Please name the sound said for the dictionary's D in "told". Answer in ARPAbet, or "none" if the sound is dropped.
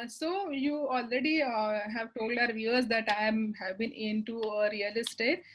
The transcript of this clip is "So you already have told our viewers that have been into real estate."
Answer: D